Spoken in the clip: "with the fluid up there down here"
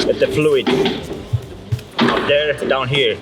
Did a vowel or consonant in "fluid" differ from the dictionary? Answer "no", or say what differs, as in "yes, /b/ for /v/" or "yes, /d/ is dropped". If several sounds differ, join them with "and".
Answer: no